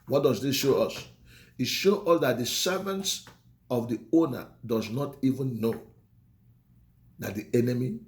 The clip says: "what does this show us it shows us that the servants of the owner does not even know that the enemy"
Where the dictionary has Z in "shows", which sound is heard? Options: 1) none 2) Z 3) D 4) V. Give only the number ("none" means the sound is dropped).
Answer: 1